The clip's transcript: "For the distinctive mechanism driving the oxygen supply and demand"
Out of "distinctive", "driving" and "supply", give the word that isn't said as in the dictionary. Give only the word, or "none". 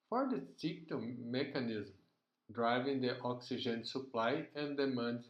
distinctive